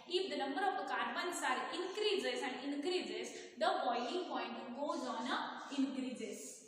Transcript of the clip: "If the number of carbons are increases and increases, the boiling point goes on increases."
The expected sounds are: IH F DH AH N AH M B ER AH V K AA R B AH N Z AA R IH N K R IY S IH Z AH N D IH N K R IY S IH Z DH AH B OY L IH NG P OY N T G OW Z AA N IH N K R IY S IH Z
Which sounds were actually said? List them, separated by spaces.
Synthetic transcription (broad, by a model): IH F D AH N AH M B ER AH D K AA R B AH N S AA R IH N K R IY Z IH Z AH N D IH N K R IY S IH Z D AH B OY N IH NG P OY N T G OW Z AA N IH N K R IY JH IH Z